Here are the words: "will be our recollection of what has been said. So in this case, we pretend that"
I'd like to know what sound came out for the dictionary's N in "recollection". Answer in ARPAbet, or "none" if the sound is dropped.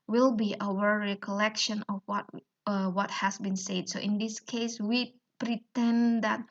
N